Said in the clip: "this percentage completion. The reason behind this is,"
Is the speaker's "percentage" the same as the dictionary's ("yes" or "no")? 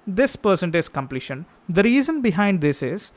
no